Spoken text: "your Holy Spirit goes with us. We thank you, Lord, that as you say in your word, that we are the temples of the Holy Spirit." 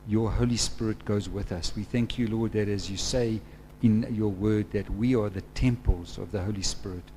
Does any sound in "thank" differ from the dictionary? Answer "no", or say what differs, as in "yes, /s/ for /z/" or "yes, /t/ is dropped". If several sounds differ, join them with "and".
no